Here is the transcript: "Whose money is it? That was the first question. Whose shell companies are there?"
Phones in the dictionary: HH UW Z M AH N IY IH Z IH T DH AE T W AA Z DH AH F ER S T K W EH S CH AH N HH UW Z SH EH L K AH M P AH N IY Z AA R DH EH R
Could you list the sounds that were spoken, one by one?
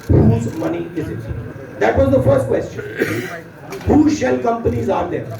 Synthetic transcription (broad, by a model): HH UW Z M AH N IY IH Z IH T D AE T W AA Z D AH F ER S T K W EH S CH AH N HH UW SH EH L K AH M P AH N IY Z AA R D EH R